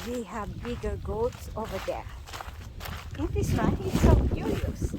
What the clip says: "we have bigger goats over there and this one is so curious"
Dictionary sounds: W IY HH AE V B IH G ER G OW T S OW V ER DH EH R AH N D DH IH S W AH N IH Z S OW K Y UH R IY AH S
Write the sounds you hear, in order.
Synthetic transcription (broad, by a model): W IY HH AE V B IH G ER G OW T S OW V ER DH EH R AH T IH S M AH IH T S OW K Y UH R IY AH S